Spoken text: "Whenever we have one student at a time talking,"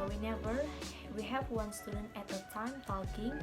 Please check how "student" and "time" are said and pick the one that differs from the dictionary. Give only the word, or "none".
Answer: student